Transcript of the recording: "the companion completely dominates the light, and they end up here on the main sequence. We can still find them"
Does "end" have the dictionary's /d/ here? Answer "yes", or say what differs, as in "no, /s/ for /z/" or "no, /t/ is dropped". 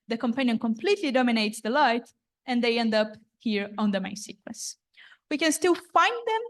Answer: yes